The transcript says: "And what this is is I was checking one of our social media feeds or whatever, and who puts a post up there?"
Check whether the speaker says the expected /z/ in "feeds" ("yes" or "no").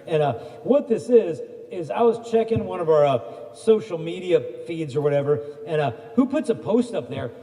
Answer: yes